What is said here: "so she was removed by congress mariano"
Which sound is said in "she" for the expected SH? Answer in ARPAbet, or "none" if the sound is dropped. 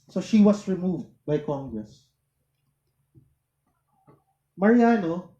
SH